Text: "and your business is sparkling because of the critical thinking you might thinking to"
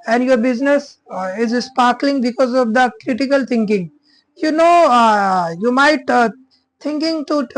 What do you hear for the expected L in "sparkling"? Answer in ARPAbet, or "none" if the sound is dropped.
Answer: L